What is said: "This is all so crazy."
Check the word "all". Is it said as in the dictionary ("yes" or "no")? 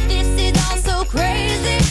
no